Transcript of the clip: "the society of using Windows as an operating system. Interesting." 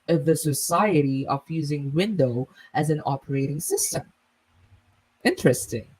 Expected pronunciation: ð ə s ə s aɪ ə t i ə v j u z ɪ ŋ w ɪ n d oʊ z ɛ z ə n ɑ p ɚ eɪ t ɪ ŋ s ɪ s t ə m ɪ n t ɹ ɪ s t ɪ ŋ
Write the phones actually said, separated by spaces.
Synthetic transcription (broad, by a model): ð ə s ə s aɪ ə t i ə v j u z ɪ ŋ w ɪ n d oʊ ɪ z ə n ɑ p ɚ eɪ t ɪ ŋ s ɪ s t ə m ɪ n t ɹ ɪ s t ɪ ŋ